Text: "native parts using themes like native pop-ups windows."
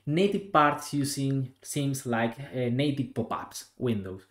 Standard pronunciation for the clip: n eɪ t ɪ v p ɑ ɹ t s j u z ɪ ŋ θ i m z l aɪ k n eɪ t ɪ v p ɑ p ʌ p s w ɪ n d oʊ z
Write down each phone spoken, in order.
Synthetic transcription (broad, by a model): n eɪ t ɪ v p ɑ ɹ t s j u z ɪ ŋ s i m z l aɪ k n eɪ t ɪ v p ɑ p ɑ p s w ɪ n d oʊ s